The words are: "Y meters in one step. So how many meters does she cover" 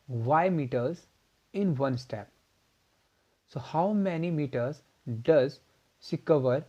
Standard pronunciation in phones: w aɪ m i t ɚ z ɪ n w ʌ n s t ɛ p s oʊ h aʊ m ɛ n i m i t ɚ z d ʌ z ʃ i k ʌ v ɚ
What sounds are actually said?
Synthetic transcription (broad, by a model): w aɪ m i t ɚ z ɪ n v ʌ n s t ɛ p s oʊ h aʊ m ɛ n i m i t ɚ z d ʌ z s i k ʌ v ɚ